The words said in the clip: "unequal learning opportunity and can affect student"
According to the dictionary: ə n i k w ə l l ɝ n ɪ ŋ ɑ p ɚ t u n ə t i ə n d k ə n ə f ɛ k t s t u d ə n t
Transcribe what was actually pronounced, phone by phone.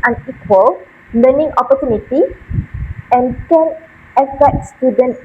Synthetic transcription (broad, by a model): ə n i k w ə l l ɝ n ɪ ŋ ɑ p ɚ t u n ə t i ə n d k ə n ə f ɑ t s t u d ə n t